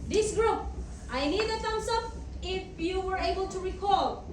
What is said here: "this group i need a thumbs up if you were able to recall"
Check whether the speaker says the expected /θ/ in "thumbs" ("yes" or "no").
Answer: no